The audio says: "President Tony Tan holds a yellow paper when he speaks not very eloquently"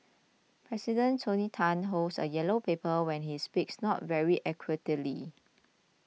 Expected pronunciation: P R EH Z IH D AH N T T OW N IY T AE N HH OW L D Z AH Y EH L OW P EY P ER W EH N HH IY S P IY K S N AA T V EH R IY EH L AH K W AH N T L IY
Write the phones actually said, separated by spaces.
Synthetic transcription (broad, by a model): P R EH S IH D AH N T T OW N IY T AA N HH OW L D S AH Y EH L OW P EY P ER W EH N HH IY S P IY K S N AA T V EH R IY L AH K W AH T L IY